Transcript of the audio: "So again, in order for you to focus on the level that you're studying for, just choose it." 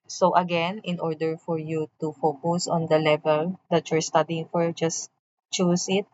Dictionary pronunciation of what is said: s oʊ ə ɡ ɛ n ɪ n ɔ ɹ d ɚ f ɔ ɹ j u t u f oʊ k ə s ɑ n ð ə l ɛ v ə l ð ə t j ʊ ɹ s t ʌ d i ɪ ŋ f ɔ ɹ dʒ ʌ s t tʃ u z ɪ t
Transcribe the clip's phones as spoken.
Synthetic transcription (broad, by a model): s oʊ ə ɡ ɛ n ɪ n ɔ ɹ d ɚ f ɔ ɹ j u t u f oʊ k ə s ɑ n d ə l ɛ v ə l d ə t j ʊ ɹ s t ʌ d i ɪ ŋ f ɔ ɹ dʒ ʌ s tʃ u s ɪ t